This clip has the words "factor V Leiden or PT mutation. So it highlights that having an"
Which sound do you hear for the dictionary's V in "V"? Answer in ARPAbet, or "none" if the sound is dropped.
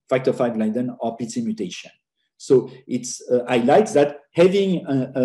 F